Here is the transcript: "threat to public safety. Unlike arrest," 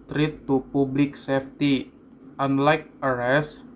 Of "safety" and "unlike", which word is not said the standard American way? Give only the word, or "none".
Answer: none